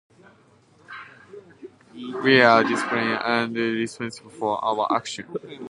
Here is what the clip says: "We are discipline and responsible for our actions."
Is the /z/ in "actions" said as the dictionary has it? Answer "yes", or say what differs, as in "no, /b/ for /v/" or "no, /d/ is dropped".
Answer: no, /z/ is dropped